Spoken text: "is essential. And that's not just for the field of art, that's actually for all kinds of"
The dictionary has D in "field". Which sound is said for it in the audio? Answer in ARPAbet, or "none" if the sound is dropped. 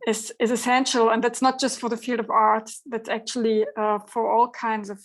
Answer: D